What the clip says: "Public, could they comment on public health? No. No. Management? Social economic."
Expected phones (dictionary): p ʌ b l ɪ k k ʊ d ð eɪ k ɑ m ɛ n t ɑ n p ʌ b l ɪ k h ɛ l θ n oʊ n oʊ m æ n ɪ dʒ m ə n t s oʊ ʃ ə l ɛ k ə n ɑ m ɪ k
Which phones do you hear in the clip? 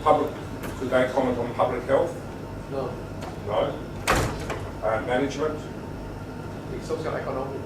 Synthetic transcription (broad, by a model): p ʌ b l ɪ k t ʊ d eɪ k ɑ m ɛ n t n p ʌ b l ɪ k h ɛ l θ n oʊ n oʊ m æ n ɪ dʒ m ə n t s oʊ s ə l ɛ k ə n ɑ m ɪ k